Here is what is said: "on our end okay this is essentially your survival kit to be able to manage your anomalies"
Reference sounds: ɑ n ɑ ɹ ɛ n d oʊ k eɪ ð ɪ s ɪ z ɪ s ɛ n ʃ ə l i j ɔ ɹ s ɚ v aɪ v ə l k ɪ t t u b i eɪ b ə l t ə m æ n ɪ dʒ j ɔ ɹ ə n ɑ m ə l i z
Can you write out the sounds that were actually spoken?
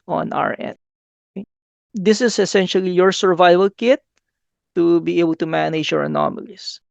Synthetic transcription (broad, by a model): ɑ n ɑ ɹ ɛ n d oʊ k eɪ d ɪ s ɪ s ɪ s ɛ n ʃ ə l i j ɔ ɹ s ɚ v aɪ v ə l k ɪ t t u b i eɪ b ə l t ə m æ n ɪ dʒ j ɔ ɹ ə n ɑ m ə l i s